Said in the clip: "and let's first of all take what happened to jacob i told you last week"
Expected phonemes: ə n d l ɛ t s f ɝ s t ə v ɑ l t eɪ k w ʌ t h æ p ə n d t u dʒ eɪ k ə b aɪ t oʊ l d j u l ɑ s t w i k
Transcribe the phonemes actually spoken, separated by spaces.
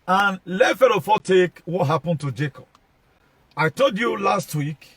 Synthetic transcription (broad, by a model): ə n l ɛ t f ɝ t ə f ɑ t eɪ k w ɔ t h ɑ p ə n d t u dʒ eɪ k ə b aɪ t oʊ d j u l ɑ s t w i k